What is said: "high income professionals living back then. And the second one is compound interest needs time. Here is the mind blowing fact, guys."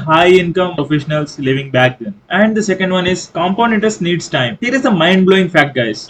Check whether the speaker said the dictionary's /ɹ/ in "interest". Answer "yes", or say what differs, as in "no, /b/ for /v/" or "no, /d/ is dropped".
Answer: no, /ɹ/ is dropped